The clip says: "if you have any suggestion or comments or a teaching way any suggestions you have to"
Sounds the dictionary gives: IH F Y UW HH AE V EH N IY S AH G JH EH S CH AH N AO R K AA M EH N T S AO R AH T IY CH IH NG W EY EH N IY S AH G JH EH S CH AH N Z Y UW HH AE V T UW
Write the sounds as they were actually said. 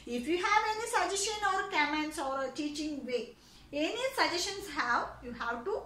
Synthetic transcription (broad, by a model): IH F Y UW HH AE V EH N IY S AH JH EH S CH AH N AO R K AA M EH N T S AO R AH T IY CH IH NG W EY EH N IY S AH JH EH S SH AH N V Y UW HH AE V T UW